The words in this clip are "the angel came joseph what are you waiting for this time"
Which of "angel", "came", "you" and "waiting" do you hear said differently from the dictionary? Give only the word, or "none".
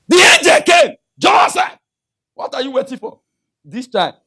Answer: none